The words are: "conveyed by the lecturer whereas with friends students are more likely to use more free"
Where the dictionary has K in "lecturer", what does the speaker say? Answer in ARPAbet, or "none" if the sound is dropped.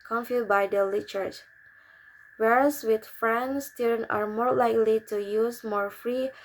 none